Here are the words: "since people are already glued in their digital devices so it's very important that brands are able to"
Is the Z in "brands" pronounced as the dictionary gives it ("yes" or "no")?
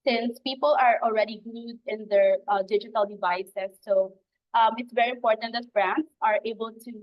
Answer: no